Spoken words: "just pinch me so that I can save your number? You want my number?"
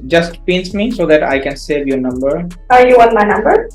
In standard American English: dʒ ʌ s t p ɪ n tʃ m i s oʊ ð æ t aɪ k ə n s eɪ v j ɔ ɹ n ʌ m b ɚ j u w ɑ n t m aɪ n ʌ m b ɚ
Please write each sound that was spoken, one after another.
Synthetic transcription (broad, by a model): dʒ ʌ s t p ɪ n s m i s oʊ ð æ t aɪ k ə n s eɪ v j ɔ ɹ n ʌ m b ɚ j u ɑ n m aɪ n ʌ m b ɚ